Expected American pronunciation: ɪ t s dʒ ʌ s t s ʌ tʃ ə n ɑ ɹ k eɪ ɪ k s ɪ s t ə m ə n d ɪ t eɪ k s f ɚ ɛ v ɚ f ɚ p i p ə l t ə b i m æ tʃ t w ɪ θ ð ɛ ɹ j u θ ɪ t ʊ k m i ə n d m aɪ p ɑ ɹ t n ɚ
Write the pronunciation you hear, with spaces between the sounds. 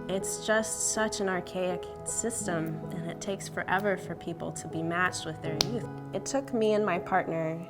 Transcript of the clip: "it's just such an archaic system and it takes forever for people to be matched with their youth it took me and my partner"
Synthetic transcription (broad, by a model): ɪ t s dʒ ʌ s t s ʌ tʃ ə n ɑ ɹ k eɪ ɪ k s ɪ s t ə m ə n ɪ t eɪ k s f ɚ ɛ v ɚ f ɚ p i p l t ə b i m æ tʃ t w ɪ ð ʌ ɹ j u θ ɪ t ʊ k m i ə n m aɪ p ɑ ɹ t n ɚ